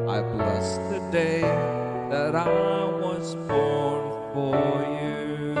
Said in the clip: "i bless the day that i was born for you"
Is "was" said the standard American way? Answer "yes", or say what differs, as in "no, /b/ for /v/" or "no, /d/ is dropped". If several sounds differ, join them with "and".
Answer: yes